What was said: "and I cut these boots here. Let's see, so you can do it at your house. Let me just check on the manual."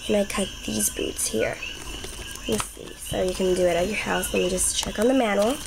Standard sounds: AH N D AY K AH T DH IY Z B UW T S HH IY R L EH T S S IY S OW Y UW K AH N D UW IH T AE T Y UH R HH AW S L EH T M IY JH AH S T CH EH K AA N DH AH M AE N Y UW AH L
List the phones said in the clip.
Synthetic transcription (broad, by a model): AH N AY K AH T DH IY Z B UW T S HH IY R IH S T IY S OW Y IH K AH N D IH IH T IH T Y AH R HH AW S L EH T M IY JH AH S CH EH K N DH AH M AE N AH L